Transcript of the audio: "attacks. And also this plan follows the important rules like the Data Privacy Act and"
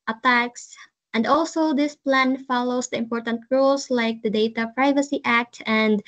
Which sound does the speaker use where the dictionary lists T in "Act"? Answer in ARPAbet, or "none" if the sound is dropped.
T